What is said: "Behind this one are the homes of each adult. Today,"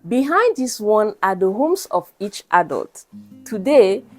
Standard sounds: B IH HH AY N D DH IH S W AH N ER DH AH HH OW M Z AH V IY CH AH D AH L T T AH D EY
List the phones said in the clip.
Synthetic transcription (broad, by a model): B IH HH AY N D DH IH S W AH N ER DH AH HH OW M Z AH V IY CH AH D AH L T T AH D EY